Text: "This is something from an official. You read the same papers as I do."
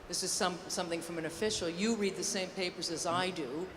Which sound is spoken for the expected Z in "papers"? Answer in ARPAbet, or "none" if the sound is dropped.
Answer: Z